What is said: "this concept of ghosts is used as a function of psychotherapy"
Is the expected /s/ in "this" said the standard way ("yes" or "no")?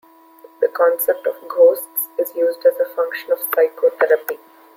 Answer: no